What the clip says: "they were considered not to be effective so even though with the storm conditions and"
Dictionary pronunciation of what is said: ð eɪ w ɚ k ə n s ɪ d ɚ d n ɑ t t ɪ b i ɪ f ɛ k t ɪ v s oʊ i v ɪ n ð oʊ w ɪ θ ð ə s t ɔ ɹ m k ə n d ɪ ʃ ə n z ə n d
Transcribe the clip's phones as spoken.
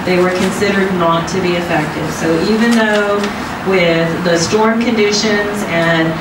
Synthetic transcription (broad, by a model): ð eɪ w ɚ k ə n s ɪ d ɚ d n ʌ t t ɪ b i ɪ f ɛ k t ɪ v s oʊ i v ɪ n ð oʊ w ɪ ð ə s t ɔ ɹ m k ə n d ɪ ʃ ə n z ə n